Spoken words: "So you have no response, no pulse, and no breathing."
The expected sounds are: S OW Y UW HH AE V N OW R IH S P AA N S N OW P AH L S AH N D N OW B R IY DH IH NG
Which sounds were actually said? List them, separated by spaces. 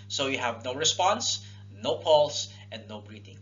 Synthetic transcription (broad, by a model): S OW Y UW HH AE V N OW R IH S P AA N S N OW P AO L S AH N D N OW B R IY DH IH NG